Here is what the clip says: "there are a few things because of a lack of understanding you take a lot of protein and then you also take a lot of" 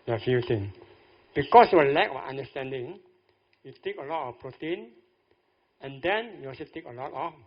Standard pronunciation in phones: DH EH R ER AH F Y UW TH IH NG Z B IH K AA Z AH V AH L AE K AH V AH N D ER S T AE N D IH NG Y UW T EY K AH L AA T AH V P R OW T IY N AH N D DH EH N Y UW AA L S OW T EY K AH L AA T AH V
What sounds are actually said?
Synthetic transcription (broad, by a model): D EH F AH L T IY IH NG B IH K AA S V AH L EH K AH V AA N D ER S T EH N D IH NG Y UW T EY K AH L AA T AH F P R OW T IY N AH N D EH N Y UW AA S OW T EY K AH L AA T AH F